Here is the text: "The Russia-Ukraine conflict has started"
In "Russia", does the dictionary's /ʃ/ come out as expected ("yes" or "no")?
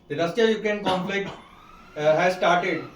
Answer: no